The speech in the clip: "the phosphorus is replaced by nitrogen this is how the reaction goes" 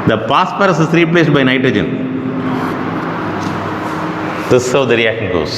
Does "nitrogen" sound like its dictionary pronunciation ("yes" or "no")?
yes